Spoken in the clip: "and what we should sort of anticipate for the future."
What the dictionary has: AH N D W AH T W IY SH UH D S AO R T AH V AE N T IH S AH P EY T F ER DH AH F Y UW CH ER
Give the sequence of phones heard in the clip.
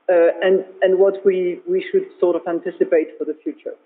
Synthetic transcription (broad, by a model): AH N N W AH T W IY SH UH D S AO R T AH V AE N T IH S AH P EY T F ER DH AH F Y UW CH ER